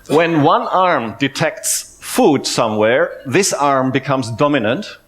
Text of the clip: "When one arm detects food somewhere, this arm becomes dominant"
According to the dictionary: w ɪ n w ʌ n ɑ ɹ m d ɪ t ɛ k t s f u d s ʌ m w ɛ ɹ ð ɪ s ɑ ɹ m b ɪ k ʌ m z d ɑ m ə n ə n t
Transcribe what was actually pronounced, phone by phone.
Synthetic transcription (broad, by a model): w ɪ n w ʌ n ɑ ɹ m d ɪ t ɛ k t s f u d s ʌ m w ɛ ɹ ð ɪ s ɑ ɹ m b ɪ k ʌ m z d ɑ m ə n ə n t